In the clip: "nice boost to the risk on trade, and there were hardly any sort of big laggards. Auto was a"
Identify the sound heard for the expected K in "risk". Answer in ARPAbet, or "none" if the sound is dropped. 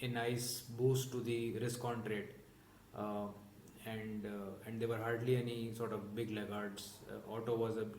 K